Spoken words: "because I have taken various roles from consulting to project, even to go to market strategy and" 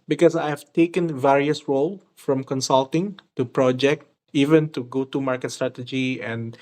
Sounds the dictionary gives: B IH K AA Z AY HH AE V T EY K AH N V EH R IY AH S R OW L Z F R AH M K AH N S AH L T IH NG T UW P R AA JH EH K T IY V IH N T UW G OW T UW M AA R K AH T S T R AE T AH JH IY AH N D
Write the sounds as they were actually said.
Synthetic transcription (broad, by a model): B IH K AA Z AY HH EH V T EY K AH N V EH R IY AH S R OW L F R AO M K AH N S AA L T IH NG T UW P R AA JH EH K T IY V IH N T UW G OW T UW M AA R K AH T S T R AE T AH JH IY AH N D